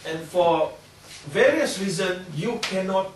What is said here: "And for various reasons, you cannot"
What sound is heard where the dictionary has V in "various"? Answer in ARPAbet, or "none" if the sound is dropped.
V